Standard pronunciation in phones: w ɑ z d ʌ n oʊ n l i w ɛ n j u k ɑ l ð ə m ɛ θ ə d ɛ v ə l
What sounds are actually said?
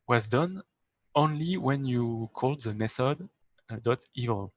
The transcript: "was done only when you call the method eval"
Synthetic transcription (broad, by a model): w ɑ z d ʌ n oʊ n l i w ɛ n j u k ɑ l ð ə m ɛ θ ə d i v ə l